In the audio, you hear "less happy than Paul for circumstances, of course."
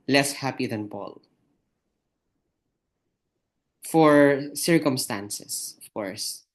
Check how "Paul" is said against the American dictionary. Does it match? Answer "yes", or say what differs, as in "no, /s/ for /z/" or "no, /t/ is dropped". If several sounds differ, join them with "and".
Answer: no, /b/ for /p/